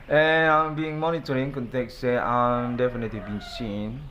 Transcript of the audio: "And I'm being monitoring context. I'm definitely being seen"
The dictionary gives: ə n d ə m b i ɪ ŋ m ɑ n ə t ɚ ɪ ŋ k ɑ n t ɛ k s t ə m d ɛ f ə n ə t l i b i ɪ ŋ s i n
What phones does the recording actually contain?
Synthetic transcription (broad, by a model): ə n ə m b i ɪ ŋ m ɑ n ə t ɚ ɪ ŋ k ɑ n t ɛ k s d ə m d ɛ f ə n ə t l i b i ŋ s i n